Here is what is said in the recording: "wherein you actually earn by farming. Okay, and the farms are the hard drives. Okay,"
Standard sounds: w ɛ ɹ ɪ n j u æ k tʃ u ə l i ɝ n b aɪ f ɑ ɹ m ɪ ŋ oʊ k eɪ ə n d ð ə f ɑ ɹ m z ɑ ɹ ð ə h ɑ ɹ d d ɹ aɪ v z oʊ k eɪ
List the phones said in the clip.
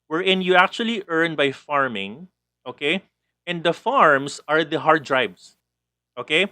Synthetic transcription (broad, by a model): w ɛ ɹ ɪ n j u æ k tʃ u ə l i ɝ n b aɪ f ɑ ɹ m ɪ ŋ oʊ k eɪ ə n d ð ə f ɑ ɹ m s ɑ ɹ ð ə h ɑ ɹ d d ɹ aɪ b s oʊ k eɪ